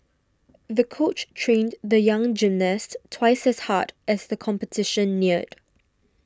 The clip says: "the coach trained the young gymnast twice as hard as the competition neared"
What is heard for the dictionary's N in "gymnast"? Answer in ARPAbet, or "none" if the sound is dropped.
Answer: N